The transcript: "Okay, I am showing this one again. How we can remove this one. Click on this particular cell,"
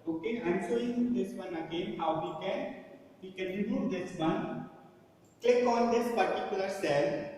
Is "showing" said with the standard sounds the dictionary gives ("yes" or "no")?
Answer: no